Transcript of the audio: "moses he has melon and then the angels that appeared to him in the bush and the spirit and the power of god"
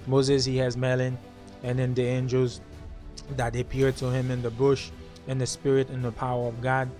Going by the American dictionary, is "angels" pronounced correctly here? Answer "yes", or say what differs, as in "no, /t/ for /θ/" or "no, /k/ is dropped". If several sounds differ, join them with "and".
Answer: yes